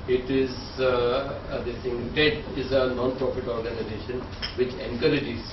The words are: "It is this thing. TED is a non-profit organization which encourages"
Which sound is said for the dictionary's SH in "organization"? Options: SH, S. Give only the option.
SH